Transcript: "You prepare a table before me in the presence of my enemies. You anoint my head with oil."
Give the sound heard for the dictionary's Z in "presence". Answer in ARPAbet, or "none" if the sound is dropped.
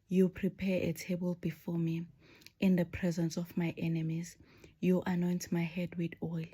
Z